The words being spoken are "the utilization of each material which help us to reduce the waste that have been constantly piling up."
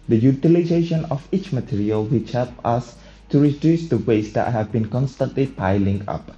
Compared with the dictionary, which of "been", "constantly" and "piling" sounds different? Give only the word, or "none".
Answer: none